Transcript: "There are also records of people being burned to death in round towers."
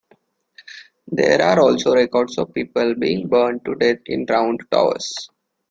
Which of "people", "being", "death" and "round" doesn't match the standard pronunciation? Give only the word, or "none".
death